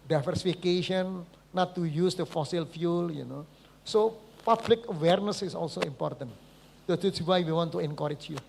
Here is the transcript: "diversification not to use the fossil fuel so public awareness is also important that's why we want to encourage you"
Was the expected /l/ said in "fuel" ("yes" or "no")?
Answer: no